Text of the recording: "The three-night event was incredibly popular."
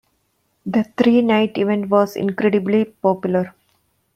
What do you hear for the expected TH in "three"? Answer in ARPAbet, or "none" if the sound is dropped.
T